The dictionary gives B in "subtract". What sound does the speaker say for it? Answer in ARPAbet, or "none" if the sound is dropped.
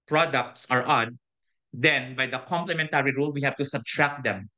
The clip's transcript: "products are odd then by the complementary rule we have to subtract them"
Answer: B